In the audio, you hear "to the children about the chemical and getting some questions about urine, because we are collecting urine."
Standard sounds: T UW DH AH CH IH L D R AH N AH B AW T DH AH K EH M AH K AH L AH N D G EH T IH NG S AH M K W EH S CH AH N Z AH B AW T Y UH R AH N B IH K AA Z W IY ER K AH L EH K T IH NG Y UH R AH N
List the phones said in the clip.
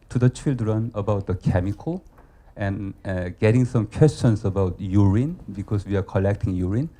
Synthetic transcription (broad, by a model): T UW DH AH CH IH L D R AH N AH B AW T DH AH K EH M AH K AH L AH N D G EH T IH NG S AH M K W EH S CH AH N S AH B AW T Y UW R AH N B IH K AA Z W IY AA K AH L EH K T IH NG Y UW R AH N